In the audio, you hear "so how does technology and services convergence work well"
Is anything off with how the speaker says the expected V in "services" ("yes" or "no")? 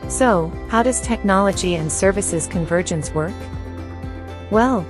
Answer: no